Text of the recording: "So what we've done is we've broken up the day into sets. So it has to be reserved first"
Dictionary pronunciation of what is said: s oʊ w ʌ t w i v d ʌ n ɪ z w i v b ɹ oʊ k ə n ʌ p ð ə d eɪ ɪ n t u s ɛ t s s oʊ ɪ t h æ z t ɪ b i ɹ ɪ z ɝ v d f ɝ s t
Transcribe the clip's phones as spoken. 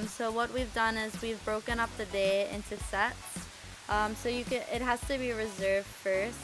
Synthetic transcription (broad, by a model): s oʊ w ʌ t w i v d ʌ n ɪ z w i v b ɹ oʊ k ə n ʌ p ð ə d eɪ ɪ n t u s ɛ t s s oʊ ɪ t h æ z t ɪ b i ɹ ɪ z ɝ v d f ɝ s t